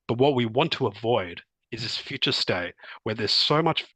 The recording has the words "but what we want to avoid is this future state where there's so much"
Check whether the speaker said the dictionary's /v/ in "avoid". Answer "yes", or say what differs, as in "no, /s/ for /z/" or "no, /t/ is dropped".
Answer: yes